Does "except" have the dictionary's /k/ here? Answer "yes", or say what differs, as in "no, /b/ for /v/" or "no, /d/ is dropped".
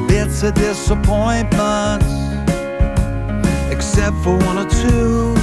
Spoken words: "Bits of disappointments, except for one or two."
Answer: yes